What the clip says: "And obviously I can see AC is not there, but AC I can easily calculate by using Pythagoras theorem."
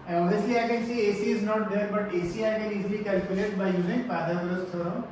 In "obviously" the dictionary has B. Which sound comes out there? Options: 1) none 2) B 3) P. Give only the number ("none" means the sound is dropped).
1